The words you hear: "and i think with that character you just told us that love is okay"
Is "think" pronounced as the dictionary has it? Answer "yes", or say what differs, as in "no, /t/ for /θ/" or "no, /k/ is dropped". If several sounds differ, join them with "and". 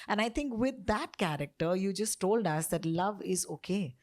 no, /t/ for /θ/